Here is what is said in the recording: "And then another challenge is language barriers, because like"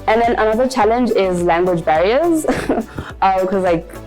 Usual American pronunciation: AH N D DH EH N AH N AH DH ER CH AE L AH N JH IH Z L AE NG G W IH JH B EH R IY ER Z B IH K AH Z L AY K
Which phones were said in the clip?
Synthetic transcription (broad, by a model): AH N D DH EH N AH N AH DH ER CH AE L AH N JH IH Z L AE NG G W IH JH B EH R IY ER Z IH K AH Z L AY K